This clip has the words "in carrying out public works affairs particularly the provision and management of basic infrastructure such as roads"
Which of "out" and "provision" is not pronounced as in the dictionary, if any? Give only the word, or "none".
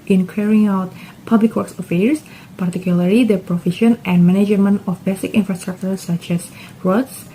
provision